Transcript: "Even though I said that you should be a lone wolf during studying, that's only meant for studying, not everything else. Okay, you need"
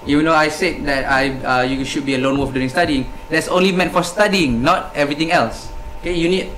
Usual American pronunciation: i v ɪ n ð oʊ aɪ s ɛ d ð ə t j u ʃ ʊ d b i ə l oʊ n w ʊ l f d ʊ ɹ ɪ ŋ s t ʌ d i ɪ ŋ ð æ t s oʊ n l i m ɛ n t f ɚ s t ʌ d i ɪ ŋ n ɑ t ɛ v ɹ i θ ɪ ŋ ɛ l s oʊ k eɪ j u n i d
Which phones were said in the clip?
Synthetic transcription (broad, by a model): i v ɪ n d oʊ aɪ s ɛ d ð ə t j u ʃ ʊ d b i ə l oʊ n w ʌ f d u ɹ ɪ ŋ s t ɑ d i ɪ ŋ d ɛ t s oʊ n l i m ɛ n t f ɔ s t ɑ d i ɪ ŋ n ɑ t ɛ v ɹ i t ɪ ŋ ɛ l s oʊ k eɪ j u n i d